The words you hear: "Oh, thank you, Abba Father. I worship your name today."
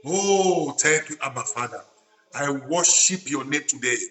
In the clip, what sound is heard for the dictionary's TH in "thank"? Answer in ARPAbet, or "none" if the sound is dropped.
T